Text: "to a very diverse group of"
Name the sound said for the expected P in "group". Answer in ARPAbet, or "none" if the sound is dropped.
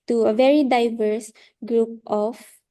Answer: P